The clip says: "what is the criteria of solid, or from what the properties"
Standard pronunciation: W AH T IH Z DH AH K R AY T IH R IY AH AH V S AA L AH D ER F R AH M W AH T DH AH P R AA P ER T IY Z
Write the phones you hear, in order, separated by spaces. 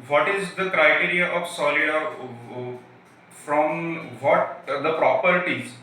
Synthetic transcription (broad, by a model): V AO T IH Z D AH K R AY T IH R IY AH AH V S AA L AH AA F R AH M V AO T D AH P R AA P ER T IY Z